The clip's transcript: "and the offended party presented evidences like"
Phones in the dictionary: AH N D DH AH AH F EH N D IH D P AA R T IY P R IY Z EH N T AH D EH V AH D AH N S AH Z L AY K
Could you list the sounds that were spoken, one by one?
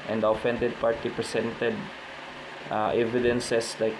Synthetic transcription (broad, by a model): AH N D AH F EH N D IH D P AA R T IY P R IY S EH N T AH D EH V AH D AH N S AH S L AY K